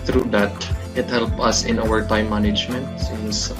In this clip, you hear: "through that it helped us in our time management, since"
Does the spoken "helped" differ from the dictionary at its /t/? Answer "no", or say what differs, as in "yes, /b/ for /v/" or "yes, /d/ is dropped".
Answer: yes, /t/ is dropped